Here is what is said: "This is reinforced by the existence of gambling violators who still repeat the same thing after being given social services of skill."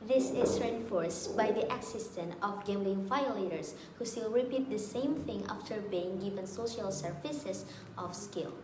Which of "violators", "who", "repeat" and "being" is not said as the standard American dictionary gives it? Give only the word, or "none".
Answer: violators